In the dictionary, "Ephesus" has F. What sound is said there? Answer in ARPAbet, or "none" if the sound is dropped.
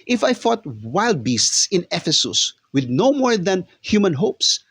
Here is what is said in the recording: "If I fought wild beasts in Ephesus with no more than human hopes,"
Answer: F